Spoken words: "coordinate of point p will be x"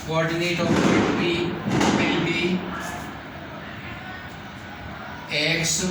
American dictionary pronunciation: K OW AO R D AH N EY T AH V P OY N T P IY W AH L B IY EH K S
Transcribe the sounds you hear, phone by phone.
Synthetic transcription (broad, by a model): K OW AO R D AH N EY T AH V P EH T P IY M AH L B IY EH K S